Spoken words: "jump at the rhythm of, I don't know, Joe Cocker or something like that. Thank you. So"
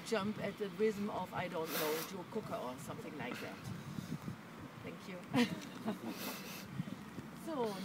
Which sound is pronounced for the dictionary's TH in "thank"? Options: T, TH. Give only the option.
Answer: TH